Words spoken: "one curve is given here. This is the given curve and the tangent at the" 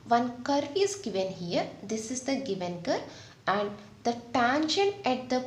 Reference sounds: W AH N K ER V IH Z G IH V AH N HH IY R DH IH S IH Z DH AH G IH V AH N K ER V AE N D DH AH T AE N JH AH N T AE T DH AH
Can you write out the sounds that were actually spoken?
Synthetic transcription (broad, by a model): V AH N K ER V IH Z G IH V AH N HH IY R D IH S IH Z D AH G IH V AH N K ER AE N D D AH T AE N SH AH N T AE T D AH